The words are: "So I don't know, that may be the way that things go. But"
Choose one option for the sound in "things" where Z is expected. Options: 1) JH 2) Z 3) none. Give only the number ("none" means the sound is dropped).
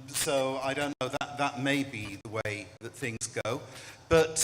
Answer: 2